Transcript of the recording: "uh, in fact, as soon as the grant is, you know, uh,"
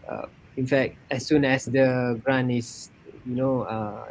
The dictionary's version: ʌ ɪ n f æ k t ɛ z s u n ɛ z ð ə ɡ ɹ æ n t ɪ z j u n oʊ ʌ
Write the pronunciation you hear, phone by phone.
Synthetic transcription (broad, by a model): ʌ ɪ n f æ k t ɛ s u n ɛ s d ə ɡ ɹ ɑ n ɪ s j u n oʊ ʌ